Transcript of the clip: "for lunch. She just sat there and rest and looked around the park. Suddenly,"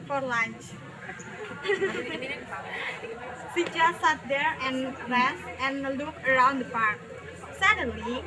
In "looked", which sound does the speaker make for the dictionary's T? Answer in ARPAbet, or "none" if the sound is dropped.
none